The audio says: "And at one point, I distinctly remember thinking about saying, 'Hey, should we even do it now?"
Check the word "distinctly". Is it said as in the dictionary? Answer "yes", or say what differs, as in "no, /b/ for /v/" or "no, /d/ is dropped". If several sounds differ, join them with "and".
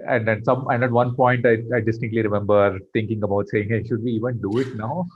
no, /ŋ/ is dropped